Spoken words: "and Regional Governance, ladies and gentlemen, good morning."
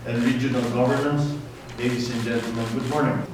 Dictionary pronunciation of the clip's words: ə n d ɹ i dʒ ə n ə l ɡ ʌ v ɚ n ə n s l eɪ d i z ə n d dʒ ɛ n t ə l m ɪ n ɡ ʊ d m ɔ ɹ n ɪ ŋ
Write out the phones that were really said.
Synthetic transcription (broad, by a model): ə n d ɹ i dʒ ə n ə l ɡ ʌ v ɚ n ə n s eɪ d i s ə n dʒ ɛ n t ə l m ɪ n ɡ ʊ d m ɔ ɹ n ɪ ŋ